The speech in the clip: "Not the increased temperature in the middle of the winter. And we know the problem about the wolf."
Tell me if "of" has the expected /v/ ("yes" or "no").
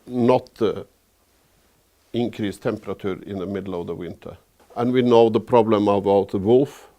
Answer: yes